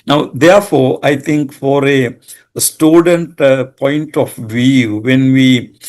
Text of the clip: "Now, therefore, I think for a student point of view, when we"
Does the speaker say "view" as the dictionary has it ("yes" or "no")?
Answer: yes